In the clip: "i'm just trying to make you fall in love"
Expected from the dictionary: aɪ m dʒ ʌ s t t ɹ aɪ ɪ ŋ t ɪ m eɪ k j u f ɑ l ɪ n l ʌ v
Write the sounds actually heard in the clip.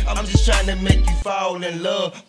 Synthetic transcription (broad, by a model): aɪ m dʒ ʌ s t t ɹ aɪ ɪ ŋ t ɪ m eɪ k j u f ɑ n ɪ n l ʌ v